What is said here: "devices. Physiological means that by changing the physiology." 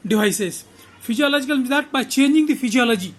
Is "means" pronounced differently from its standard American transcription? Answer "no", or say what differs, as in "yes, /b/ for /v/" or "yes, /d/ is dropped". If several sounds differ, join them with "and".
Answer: yes, /n/ is dropped